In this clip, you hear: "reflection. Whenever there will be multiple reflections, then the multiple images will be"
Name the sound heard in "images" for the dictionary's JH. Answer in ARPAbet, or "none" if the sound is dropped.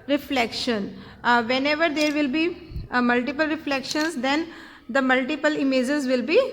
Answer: JH